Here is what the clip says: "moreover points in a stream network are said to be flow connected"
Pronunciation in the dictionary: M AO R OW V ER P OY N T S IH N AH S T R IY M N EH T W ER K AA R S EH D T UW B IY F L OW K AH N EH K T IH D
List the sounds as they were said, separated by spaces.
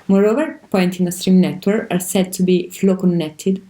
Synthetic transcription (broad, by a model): M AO R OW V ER P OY N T IH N AH S T R IY M N EH T W ER K AA R S EH D T UW B IY F L OW K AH N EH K T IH D